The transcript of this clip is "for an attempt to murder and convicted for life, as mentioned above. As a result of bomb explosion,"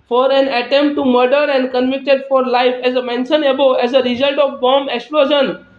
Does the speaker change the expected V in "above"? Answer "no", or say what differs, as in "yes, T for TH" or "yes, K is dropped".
yes, V is dropped